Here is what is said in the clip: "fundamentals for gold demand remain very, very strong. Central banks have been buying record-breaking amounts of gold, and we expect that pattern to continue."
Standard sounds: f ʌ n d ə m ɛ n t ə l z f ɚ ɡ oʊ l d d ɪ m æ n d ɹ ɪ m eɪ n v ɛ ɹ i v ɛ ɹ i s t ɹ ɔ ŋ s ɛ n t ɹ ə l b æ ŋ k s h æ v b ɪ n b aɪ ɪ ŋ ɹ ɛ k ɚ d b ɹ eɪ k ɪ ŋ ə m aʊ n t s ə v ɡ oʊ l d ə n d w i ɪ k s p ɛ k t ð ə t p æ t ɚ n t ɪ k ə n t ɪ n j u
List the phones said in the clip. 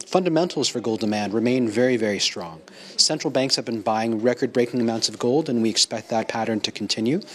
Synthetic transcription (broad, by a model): f ʌ n d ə m ɛ n t l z f ɚ ɡ oʊ l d d ɪ m æ n d ɹ ɪ m eɪ n v ɛ ɹ i v ɛ ɹ i s t ɹ ɔ ŋ s ɛ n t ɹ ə l b æ ŋ k s h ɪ v b ɪ n b aɪ ɪ ŋ ɹ ɛ k ɚ d b ɹ eɪ k ɪ ŋ ə m aʊ n t s ə v ɡ oʊ l d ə n w i ɪ k s p ɛ k t ð ə t p æ t ɚ n t ɪ k n t ɪ n j u